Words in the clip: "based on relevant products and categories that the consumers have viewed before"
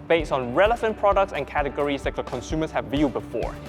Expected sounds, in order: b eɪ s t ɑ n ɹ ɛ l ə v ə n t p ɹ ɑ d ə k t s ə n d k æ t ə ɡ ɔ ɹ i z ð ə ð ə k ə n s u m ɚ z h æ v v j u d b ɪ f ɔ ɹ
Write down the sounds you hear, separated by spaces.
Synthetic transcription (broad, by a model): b eɪ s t ɑ n ɹ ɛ l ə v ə n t p ɹ ɑ d ə k t s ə n k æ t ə ɡ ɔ ɹ i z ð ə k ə k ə n s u m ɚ s h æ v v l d b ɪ f ɔ ɹ